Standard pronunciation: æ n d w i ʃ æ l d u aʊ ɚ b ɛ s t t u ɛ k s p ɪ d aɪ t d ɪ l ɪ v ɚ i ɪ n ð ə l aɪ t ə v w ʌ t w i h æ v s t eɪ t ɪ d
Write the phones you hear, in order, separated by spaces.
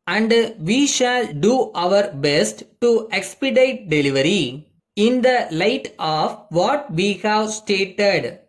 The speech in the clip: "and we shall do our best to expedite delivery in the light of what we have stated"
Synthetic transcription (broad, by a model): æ n d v i ʃ æ l d u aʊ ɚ b ɛ s t t u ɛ k s p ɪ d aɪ t d ɪ l ɪ v ɚ i ɪ n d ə l aɪ t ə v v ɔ t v i h æ v s t eɪ t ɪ d